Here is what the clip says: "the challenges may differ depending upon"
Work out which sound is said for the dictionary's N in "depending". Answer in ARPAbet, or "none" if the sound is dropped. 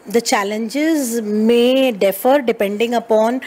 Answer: N